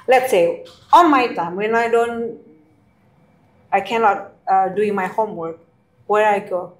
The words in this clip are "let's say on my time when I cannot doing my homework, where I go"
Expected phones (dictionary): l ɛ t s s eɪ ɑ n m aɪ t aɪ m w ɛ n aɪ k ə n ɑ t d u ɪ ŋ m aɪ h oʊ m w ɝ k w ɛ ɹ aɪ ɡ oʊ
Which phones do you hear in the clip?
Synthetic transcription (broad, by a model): l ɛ t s s eɪ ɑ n m aɪ t aɪ m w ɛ n aɪ k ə n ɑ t d u ɪ ŋ m aɪ h oʊ m w ɝ k w ɛ ɹ aɪ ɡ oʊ